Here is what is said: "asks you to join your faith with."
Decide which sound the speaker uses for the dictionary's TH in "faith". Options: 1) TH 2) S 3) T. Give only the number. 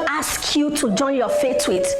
3